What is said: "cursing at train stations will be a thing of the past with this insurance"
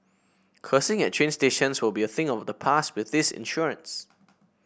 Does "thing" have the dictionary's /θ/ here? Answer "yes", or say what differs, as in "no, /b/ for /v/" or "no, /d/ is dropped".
yes